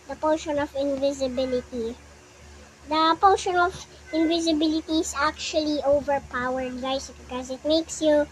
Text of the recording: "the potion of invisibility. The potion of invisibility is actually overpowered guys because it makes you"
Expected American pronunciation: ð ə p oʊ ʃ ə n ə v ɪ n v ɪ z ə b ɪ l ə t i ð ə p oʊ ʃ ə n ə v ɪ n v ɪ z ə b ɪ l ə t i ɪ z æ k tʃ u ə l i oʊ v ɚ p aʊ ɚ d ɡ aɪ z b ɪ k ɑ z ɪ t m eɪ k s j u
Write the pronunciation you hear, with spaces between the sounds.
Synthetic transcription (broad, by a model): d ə p oʊ ʃ ə n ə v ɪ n v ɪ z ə b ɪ l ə t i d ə p oʊ ʃ ə n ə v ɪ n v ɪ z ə b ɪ l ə t i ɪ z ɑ k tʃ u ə l i oʊ v ɚ p aʊ ɚ d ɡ aɪ s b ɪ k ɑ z ɪ t m eɪ k s j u